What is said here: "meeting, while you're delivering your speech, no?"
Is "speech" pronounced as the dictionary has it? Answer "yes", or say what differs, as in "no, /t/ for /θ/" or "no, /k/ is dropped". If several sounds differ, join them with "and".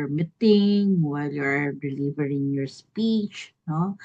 yes